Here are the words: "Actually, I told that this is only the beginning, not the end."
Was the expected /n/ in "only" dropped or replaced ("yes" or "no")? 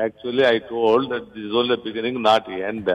yes